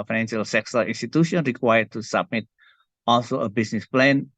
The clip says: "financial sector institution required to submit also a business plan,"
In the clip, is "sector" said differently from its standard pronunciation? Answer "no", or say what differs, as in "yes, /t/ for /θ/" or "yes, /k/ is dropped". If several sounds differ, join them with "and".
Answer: yes, /s/ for /t/